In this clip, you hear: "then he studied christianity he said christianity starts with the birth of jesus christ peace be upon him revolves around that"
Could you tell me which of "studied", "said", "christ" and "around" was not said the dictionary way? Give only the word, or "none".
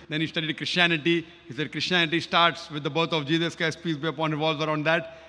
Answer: christ